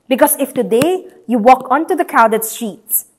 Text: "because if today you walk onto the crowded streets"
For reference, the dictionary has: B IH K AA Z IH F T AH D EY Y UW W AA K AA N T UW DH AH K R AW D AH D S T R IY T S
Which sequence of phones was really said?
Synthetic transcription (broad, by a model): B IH K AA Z IH F T AH D EY Y UW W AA K AA N T UW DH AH K AW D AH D S T R IY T S